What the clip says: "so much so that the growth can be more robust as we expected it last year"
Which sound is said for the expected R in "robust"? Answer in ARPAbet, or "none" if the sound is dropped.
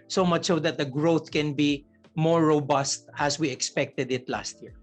R